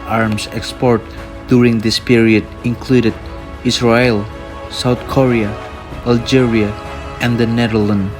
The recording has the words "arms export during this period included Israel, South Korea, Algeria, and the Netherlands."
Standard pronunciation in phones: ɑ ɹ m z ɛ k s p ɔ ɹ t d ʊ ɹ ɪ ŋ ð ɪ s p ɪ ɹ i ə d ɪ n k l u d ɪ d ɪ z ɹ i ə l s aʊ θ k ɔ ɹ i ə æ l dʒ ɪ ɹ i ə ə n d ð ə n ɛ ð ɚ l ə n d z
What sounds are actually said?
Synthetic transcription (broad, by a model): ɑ ɹ m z ɛ k s p ɔ ɹ t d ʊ ɹ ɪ ŋ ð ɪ s p ɪ ɹ i ə d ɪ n k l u d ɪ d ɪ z ɹ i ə l s aʊ θ k ɔ ɹ i ə æ l dʒ ɪ ɹ i ə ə n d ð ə n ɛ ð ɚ l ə n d